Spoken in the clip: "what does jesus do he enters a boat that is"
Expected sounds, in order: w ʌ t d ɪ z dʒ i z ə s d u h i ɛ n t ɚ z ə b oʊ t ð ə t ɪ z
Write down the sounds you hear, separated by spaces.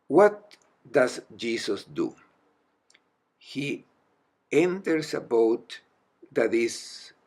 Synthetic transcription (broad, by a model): w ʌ t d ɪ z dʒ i s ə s d u h i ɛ n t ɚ s ə b oʊ t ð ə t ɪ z